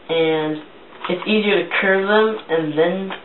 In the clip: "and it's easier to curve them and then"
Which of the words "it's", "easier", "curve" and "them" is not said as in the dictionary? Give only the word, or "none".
none